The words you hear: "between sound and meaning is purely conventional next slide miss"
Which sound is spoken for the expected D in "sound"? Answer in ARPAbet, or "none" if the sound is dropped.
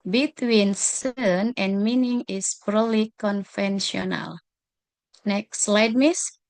none